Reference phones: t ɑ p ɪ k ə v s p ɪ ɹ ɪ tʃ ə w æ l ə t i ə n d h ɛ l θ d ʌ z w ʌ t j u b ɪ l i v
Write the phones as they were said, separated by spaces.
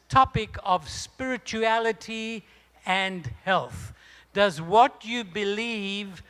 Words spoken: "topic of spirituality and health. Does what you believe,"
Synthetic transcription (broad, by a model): t ɑ p ɪ k ə v s p ɪ ɹ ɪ tʃ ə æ l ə t i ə n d h ɛ l θ d ʌ z w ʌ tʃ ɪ b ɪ l i v